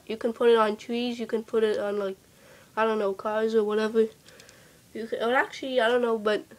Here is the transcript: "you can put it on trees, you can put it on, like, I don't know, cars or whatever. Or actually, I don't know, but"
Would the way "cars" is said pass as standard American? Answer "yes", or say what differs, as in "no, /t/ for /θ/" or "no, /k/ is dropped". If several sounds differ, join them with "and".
yes